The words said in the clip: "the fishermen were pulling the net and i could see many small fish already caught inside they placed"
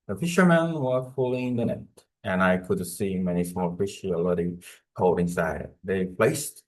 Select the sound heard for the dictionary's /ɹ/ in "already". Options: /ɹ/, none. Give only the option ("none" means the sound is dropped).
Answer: none